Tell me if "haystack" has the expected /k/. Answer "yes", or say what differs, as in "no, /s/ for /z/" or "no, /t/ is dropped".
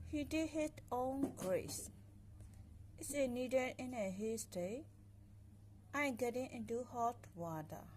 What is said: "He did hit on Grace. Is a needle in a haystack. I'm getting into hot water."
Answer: no, /k/ is dropped